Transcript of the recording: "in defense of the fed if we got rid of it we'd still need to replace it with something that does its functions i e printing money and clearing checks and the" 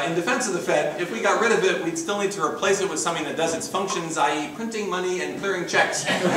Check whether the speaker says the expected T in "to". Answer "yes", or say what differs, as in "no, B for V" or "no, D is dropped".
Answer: yes